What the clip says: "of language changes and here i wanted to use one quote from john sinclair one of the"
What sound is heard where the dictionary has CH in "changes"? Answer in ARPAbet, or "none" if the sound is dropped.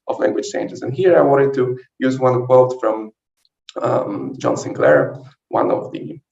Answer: S